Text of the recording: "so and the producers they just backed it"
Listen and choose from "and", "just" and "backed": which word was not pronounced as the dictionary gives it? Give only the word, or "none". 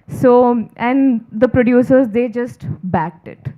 none